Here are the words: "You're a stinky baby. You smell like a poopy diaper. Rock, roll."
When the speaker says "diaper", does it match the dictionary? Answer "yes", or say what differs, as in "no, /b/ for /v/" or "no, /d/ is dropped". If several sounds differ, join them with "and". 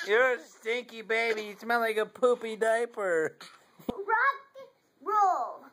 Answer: yes